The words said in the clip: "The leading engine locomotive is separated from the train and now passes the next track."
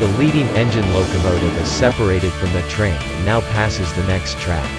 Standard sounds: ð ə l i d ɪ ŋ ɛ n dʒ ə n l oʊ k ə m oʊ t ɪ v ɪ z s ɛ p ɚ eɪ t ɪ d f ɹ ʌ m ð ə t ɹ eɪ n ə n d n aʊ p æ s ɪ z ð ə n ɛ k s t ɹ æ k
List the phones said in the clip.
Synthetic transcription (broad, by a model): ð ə l i d ɪ ŋ ɛ n dʒ ə n l oʊ k ə m oʊ t ɪ v ɪ z s ɛ p ɚ eɪ t ɪ d f ɹ ʌ m ð ə t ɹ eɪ ə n n aʊ p æ s ɪ z ð ə n ɛ k s t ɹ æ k